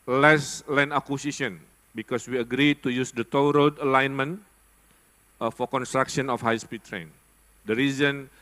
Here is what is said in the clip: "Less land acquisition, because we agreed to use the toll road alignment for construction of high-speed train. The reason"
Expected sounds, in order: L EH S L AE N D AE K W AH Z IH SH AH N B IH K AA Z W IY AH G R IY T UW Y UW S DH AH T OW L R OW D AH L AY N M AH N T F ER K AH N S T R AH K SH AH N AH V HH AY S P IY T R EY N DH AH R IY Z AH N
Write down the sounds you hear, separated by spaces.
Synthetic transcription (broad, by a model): L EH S L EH N AA K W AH S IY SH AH N B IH K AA S W IY AH G R IY T UW Y UW S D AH T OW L R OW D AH L AY N M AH N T F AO K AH N S T R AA K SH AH N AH F HH AY S P IY T R EY N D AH R IY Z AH N